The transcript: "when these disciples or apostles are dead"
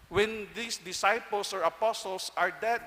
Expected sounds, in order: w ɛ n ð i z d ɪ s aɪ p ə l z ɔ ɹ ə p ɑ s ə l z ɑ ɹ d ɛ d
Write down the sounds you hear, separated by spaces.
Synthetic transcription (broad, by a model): w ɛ n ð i s d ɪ s aɪ p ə l s ɔ ɹ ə p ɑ s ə l s ɑ ɹ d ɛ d